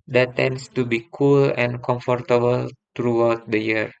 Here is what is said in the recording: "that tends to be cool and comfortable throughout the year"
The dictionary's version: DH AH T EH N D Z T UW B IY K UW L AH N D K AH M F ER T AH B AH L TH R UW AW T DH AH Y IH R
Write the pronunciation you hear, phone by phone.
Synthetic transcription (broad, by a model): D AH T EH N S T UW B IY K UW L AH N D K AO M F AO T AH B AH L T R UW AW T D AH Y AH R